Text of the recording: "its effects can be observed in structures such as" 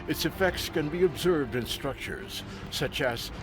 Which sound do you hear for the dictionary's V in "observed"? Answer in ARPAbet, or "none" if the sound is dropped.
V